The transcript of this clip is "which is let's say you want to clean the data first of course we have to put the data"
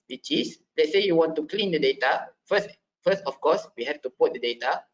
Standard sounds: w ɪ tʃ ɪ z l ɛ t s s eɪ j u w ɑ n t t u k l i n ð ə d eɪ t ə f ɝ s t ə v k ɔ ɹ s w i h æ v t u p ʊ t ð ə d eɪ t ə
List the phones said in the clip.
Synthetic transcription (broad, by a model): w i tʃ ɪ s l ɛ t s s eɪ j u w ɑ n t t u k l i n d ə d eɪ t ə f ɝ s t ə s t ɔ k s w i h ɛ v t u p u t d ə d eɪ t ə